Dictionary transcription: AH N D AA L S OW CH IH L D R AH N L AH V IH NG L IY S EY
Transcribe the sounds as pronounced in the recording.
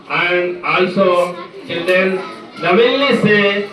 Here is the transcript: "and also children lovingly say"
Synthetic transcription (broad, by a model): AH N D AA L S OW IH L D AH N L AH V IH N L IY S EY